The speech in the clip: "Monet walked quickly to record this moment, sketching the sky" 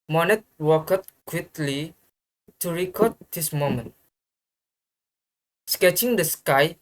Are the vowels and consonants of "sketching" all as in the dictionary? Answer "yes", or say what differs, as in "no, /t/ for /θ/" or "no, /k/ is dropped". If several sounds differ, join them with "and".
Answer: yes